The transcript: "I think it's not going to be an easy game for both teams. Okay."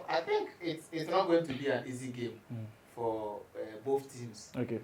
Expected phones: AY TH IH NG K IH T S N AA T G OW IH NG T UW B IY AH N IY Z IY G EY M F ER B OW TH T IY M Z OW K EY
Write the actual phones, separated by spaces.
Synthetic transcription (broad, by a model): AY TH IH NG K IH T S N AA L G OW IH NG T UW B IY AH N IY Z IY G EY M F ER B OW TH T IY M S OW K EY